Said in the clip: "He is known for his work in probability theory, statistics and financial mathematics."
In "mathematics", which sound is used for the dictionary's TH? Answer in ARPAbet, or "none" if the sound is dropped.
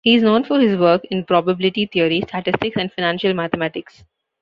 T